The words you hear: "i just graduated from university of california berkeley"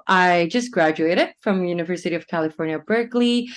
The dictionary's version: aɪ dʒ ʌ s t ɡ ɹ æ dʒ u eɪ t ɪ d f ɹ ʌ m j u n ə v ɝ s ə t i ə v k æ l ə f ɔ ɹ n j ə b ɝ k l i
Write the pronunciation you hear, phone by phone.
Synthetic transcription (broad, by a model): aɪ dʒ ʌ s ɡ ɹ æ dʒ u eɪ t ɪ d f ɹ ʌ m j u n ə v ɝ s ə t i ə v k æ l ə f ɔ ɹ n j ə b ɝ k l i